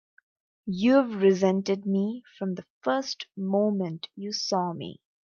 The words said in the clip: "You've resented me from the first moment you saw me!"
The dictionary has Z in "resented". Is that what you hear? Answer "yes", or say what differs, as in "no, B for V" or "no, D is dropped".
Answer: yes